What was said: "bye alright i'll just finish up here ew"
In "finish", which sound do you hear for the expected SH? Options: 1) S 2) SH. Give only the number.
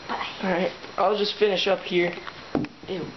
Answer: 2